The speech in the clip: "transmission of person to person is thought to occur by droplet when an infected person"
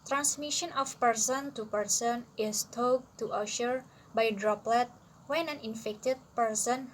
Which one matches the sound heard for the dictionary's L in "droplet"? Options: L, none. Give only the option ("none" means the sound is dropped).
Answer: L